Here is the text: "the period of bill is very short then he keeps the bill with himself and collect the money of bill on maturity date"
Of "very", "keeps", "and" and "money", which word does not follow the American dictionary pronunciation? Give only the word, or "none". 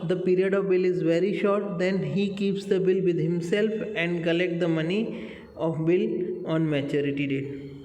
none